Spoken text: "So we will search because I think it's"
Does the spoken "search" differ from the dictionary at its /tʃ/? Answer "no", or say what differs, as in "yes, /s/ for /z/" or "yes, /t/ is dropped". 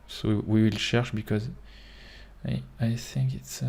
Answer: yes, /ʃ/ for /tʃ/